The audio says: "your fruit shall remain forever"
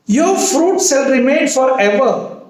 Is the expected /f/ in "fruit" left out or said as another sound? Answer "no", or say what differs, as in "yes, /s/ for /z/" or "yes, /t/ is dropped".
no